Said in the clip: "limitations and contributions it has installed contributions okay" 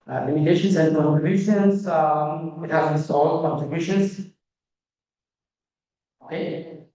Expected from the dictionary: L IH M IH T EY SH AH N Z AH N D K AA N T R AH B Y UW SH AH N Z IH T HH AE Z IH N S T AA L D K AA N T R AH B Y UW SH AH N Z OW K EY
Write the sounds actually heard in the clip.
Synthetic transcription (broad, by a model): L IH M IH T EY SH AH N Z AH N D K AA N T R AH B Y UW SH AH N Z IH T HH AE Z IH S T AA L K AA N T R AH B Y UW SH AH N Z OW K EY